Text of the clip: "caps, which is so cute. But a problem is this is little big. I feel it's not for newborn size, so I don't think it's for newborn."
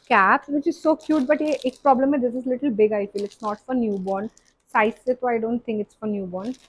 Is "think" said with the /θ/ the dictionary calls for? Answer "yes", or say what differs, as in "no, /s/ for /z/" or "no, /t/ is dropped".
no, /t/ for /θ/